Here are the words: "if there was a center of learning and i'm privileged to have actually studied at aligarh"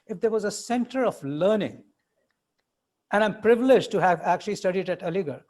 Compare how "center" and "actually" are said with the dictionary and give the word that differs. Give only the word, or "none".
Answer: none